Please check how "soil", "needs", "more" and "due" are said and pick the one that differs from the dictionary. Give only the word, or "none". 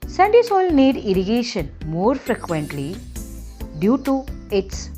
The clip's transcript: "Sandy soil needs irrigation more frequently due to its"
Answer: needs